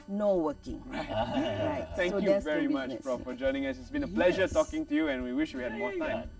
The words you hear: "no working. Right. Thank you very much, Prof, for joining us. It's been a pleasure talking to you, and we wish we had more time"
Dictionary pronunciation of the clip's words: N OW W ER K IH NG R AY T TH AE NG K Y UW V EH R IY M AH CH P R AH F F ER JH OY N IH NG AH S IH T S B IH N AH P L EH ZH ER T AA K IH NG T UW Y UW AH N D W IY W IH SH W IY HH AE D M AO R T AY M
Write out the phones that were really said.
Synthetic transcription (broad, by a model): N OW W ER K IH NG R AY T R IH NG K Y UW V EH R IY M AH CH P R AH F F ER JH OY N IH NG AH S IH T S B IH N AH P L EH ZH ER T AA K IH NG T UW Y UW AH N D W IY W IH SH W IY HH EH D M AO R T AY M